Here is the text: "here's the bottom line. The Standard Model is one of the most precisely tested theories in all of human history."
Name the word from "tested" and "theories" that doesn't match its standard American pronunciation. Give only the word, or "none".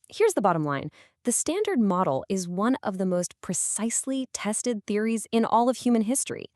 none